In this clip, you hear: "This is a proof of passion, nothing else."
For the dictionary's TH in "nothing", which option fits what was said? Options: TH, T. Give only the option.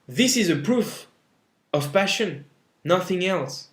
TH